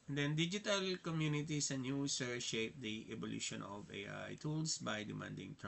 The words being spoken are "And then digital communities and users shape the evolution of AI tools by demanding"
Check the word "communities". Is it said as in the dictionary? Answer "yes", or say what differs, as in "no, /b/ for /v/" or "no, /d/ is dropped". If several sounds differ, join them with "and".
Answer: no, /s/ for /z/